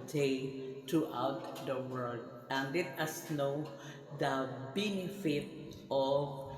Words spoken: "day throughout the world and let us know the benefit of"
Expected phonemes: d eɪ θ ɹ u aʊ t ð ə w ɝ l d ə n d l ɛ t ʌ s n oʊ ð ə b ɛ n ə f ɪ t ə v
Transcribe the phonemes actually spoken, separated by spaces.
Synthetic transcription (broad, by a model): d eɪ t ɹ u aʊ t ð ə w ɝ l d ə n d l ɛ t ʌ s n oʊ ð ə b ɛ n ə f ɪ t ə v